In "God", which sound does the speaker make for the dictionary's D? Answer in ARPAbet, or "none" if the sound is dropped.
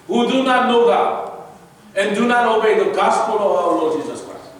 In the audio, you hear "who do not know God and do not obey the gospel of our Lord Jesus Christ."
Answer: none